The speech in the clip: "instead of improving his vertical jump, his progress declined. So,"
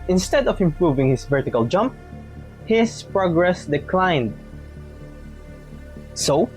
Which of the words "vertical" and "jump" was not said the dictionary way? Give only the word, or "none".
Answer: none